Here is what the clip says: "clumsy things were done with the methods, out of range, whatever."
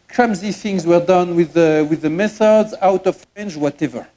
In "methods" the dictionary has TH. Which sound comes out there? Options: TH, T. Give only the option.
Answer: TH